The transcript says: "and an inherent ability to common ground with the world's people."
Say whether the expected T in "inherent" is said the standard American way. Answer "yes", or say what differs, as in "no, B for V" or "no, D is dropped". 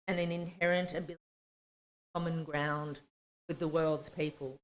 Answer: yes